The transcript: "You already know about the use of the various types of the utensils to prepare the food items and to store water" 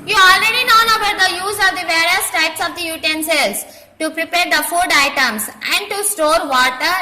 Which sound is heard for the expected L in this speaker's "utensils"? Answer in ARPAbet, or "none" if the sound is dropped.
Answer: none